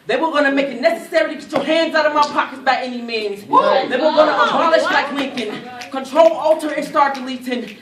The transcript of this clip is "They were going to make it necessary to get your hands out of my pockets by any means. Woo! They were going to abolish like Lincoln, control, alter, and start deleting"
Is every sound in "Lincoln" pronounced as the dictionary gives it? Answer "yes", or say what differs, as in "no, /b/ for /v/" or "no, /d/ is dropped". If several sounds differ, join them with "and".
no, /ŋ/ is dropped